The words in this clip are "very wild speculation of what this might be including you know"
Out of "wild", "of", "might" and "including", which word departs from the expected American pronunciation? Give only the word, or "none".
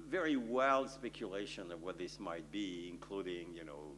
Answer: none